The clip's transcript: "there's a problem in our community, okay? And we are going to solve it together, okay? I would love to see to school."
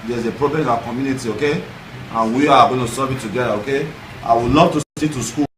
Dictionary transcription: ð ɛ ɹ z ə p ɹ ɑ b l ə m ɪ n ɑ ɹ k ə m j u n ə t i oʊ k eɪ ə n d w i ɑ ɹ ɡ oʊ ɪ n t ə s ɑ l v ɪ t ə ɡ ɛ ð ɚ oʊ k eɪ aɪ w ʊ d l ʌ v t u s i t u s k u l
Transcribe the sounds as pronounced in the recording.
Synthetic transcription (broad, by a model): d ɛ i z ə p ɹ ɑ b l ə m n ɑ k ə m j u n ə t i oʊ k eɪ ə n w i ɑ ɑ ɡ oʊ ɪ n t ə s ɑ v ɪ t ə ɡ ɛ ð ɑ oʊ k eɪ aɪ w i l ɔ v t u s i t u s k u